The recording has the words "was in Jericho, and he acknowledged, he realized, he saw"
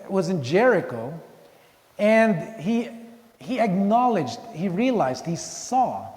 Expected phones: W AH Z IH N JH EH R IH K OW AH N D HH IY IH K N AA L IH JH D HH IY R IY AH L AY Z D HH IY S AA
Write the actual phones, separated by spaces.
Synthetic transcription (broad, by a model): W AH Z IH N JH EH R IH K OW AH N D HH IY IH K N AA L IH JH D HH IY R IY AH L AY Z D HH IY S AA